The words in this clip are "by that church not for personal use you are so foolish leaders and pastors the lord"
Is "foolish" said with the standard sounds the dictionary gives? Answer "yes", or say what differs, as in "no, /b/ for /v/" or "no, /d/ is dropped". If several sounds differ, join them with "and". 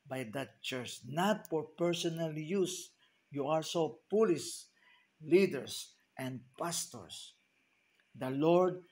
no, /p/ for /f/ and /s/ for /ʃ/